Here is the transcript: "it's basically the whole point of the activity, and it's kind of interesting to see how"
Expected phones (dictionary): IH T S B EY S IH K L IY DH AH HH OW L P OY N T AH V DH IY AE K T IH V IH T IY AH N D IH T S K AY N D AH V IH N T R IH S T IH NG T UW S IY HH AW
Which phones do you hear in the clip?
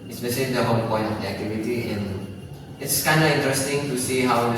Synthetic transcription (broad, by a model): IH S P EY SH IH L IY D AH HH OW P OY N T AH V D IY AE K T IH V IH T IY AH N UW IH T S K AY N D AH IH N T R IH S T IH NG T UW S IY HH AW